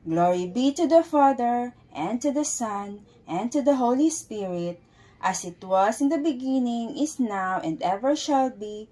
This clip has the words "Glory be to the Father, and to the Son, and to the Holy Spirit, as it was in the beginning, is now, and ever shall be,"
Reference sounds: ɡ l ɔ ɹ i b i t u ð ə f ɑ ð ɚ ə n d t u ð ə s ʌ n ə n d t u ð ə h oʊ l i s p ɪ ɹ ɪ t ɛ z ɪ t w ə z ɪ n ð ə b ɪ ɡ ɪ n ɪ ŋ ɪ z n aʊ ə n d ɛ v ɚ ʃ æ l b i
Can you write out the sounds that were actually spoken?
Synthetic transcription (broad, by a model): ɡ l ɔ ɹ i b i t u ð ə f ɑ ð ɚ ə n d t u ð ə s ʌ n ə n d t u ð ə h oʊ l i s p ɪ ɹ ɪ t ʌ s ɪ t w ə s ɪ n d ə b ɪ ɡ ɪ n ɪ ŋ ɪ s n aʊ ə n d ɛ v ɚ ʃ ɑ l b i